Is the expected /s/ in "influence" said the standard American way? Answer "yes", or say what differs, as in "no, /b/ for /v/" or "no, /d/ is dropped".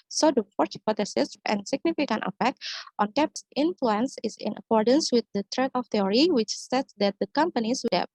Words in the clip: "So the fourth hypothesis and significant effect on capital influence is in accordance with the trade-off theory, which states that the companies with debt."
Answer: yes